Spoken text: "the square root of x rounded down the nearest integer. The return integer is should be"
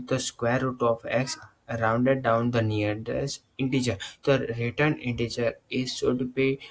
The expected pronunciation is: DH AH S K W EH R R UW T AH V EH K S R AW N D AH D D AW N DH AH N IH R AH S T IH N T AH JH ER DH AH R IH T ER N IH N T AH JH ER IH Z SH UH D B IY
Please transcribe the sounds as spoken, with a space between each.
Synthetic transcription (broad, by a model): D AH S K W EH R R UW T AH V EH K S R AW N D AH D D AW N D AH N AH R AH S IH N T AH JH ER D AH R IH T ER N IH N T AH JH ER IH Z S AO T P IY